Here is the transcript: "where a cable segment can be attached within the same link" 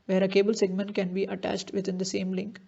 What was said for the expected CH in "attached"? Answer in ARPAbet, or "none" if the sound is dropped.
CH